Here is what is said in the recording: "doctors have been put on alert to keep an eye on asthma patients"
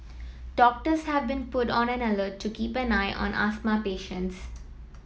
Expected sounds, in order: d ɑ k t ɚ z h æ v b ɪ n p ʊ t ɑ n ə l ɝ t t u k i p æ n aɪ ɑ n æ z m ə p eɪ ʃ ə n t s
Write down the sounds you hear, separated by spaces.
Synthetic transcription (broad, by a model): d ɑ k t ɚ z h æ v b ɪ n p ʊ t ɑ n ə n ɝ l t u k i p æ n aɪ ɑ n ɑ s m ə p eɪ ʃ ə n t s